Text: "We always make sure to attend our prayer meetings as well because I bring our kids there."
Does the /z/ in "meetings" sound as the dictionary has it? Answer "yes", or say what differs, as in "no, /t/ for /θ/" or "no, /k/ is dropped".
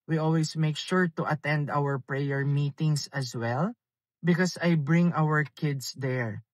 no, /s/ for /z/